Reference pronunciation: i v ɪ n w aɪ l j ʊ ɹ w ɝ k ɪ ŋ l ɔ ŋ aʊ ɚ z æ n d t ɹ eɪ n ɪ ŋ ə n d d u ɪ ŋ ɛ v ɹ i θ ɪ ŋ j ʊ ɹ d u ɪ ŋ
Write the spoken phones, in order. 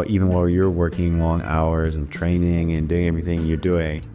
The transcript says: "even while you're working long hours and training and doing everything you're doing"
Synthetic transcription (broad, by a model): i v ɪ n w aɪ l j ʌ ɹ w ɝ k ɪ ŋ l ɔ ŋ aʊ ɚ z n t ɹ eɪ n ɪ ŋ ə n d d u ɪ ŋ ɛ v ɹ i θ ɪ ŋ j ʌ ɹ d u ɪ ŋ